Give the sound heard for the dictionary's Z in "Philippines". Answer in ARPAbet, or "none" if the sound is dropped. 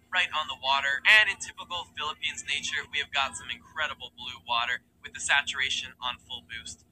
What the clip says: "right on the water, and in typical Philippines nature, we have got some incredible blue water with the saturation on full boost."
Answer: Z